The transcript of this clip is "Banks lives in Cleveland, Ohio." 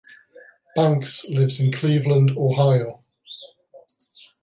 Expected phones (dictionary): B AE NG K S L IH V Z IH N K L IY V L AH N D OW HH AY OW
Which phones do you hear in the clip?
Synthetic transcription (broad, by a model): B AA NG K S L IH V Z IH N K L IY V L AH N D OW HH AY OW